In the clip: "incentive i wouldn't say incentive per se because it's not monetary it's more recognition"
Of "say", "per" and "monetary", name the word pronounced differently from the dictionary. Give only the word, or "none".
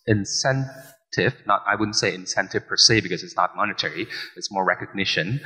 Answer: none